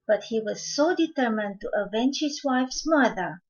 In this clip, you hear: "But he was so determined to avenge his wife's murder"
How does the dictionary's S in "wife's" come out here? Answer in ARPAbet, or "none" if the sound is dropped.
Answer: S